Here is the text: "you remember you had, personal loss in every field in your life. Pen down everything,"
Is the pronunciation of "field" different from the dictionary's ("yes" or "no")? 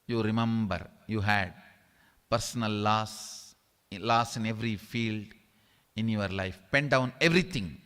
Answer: no